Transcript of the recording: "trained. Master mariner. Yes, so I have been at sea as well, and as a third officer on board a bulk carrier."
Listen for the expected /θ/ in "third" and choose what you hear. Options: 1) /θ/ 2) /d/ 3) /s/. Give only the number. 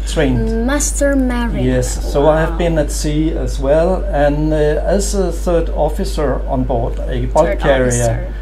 1